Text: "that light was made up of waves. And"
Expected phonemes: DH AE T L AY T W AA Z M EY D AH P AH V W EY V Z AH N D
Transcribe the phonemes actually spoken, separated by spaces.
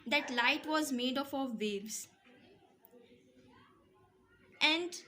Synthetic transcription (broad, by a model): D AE T L AY T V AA Z M EY D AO F AH V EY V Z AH N D